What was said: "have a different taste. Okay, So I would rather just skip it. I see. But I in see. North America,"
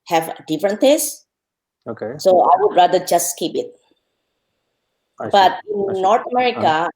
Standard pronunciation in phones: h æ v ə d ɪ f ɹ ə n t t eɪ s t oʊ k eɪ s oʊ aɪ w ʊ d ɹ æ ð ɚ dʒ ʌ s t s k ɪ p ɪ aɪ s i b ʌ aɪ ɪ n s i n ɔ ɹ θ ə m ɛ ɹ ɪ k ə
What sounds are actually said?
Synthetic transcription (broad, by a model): h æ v d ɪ f ɹ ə n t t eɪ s oʊ k eɪ s oʊ aɪ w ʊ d ɹ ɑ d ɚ dʒ ʌ s t k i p ɪ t b ʌ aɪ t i n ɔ ɹ t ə m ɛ ɹ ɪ k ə